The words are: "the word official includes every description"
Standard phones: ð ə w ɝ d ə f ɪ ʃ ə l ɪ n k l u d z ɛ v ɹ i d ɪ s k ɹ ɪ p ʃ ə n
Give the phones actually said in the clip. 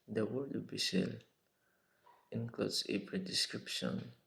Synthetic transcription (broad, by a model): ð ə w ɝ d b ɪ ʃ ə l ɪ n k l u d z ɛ p ɹ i d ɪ s k ɹ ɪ p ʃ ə n